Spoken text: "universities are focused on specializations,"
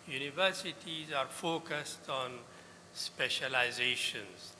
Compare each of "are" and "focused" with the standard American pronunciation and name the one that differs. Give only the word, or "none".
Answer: none